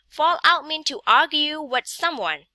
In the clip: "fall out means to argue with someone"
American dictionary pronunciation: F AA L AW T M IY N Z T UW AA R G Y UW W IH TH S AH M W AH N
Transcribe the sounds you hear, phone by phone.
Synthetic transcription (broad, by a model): F AA L AW T M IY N T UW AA R G Y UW W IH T S AH M W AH N